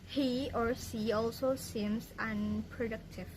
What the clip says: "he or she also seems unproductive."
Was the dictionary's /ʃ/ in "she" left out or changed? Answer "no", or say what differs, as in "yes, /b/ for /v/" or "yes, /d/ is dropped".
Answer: yes, /s/ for /ʃ/